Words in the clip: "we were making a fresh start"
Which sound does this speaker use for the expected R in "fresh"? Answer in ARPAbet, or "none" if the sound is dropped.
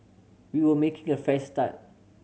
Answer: none